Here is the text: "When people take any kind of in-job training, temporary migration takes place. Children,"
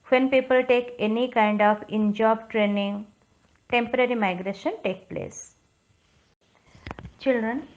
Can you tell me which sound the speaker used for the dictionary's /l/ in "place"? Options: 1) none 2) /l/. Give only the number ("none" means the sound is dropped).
2